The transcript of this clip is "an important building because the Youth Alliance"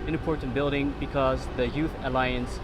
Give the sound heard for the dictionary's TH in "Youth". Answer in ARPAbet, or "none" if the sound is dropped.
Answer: TH